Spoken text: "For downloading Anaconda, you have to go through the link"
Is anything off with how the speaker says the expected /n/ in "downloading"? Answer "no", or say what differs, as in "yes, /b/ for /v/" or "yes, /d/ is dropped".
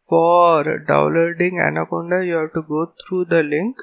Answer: yes, /n/ is dropped